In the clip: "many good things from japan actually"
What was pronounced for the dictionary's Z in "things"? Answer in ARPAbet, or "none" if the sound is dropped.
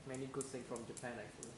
none